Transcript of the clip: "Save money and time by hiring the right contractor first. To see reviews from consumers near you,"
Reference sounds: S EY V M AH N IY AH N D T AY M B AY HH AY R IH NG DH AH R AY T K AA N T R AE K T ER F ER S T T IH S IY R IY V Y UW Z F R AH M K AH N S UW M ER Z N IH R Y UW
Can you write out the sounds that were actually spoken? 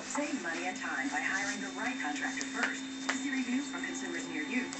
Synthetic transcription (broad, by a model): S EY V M AH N IY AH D T AY M B AY HH AY L IH NG DH AH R AY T K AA N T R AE K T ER F ER S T T IH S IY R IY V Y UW F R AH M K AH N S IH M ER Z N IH R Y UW